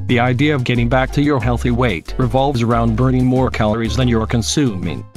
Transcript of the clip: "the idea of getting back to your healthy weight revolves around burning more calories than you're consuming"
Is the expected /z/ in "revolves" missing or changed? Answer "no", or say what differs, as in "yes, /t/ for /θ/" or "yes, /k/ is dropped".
no